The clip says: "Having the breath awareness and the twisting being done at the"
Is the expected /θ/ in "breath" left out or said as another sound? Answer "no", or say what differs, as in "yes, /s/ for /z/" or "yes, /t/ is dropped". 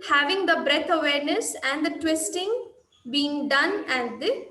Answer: yes, /t/ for /θ/